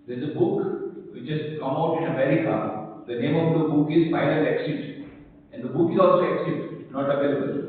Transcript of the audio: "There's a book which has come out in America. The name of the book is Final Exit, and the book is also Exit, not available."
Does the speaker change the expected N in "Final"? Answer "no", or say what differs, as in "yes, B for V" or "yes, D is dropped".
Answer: yes, L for N